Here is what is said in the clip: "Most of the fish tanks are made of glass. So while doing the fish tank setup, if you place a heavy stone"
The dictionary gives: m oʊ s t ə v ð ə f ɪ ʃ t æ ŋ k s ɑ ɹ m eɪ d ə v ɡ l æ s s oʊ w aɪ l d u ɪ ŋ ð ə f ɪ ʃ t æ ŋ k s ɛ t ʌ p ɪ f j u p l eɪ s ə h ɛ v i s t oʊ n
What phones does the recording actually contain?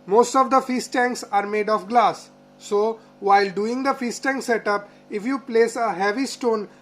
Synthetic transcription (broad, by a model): m oʊ s t ə v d ə f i s t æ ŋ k s ɑ ɹ m eɪ d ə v ɡ l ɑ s s oʊ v aɪ l d u ɪ ŋ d ə f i s t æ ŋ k s ɛ t ʌ p ɪ f j u p l eɪ s ə h ɛ v i s t oʊ n